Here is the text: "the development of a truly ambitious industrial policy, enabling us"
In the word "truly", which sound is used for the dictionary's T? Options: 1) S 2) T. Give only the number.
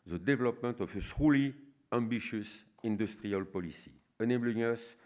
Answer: 1